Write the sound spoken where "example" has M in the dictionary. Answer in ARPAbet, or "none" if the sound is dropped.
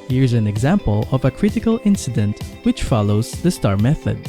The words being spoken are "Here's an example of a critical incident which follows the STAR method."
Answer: M